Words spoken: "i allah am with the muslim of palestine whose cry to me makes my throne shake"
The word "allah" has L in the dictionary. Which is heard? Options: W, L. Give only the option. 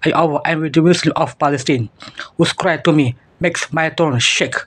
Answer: W